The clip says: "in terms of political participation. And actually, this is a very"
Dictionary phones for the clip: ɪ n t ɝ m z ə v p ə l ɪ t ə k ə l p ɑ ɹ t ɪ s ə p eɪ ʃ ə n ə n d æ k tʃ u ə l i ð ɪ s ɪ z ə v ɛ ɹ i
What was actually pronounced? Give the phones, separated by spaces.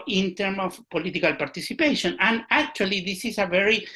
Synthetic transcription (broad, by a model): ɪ n t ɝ m ə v p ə l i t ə k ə l p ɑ ɹ t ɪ s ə p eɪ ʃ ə n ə n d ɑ k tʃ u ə l i ð ɪ s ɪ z ə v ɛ ɹ i